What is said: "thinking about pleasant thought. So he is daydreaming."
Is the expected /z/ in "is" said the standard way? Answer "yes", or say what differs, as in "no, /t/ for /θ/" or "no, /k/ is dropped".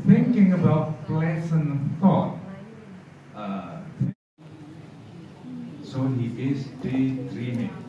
no, /s/ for /z/